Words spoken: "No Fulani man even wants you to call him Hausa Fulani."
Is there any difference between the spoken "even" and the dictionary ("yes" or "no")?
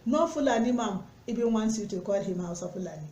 yes